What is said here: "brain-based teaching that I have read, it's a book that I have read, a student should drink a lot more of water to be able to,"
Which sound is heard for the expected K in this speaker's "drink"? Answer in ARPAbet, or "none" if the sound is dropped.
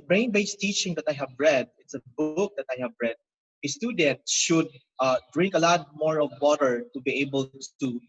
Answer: K